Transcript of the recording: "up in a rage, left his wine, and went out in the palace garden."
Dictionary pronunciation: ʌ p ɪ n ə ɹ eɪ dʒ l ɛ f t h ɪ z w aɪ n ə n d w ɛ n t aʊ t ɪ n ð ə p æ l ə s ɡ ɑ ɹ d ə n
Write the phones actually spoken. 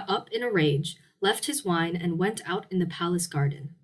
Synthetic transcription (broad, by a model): ʌ p ɪ n ə ɹ eɪ dʒ l ɛ f t h ɪ z w aɪ n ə n w ɛ n t aʊ t ɪ n ð ə p æ l ə s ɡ ɑ ɹ d n